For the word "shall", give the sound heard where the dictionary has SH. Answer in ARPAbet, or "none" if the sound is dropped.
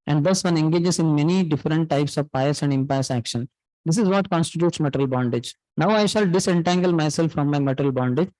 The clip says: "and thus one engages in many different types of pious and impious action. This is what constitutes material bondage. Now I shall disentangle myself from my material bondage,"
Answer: SH